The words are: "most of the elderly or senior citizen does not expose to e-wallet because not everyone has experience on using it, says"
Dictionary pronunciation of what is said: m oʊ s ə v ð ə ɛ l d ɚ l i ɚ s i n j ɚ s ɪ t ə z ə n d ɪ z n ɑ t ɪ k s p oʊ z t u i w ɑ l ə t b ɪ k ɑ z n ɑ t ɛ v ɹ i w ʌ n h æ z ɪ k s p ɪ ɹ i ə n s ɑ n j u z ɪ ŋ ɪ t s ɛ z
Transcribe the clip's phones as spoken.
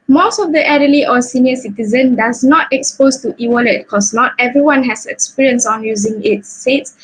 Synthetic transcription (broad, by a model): m oʊ s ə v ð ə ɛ d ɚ l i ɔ s i n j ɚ s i t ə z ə n d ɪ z n ɑ t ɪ k s p oʊ s t u i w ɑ l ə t k ɑ s n ɑ t ɛ v ɹ i w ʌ n h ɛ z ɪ k s p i ɹ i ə n s ɑ n j u z ɪ ŋ ɪ t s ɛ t